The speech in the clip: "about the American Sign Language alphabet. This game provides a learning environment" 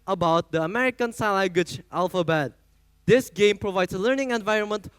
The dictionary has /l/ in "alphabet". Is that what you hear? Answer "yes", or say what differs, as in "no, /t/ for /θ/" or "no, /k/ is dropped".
yes